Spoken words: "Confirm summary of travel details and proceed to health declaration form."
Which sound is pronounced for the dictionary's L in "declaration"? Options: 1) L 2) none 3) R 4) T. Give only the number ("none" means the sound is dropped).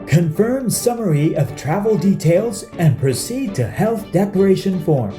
2